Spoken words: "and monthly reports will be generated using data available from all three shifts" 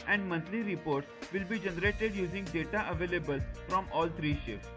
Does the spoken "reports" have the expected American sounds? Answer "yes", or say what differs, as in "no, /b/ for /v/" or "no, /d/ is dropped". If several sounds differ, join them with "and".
yes